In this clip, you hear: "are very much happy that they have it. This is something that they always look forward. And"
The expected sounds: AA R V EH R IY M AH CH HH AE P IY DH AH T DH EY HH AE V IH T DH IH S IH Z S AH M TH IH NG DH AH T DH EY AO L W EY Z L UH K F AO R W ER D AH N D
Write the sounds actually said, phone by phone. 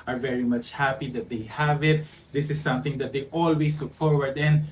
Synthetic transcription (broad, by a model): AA R V EH R IY M AH CH HH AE P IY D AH T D EY HH AE V IH T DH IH S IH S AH M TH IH NG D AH T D EY AO L W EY S L UH K F AO R W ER D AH N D